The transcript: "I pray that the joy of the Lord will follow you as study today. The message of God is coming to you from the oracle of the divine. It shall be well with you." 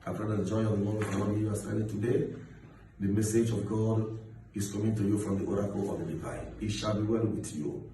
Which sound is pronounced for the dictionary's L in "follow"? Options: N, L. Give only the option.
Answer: N